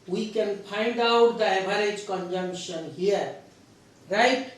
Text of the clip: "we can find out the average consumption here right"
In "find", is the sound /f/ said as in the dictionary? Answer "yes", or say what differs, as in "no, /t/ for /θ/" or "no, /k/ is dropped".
no, /p/ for /f/